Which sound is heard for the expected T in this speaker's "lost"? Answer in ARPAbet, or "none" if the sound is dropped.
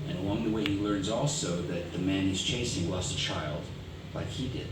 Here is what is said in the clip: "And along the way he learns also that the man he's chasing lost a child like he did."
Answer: none